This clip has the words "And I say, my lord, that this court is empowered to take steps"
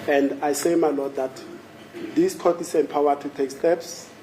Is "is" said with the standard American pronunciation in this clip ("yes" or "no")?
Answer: no